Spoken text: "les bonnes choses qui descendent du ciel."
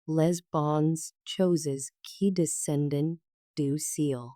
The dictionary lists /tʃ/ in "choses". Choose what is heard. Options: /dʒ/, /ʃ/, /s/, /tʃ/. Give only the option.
/tʃ/